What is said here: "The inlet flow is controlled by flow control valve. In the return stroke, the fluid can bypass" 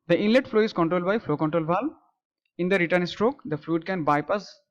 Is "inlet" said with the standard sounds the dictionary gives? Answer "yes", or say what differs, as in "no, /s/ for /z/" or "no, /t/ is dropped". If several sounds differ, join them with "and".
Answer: yes